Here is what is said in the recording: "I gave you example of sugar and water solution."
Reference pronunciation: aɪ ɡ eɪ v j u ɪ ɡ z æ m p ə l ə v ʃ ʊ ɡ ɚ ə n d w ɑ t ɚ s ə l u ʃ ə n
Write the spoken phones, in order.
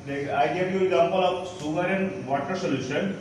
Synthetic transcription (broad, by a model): aɪ ɡ eɪ v j u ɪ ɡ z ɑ m p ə l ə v s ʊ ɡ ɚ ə n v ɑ t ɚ s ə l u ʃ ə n